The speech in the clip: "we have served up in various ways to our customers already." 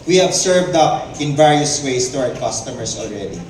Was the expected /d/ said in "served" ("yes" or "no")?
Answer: yes